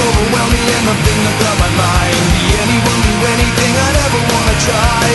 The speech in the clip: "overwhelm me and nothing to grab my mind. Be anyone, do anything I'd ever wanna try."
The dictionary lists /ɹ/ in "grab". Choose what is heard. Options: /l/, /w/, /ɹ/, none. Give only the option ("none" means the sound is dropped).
none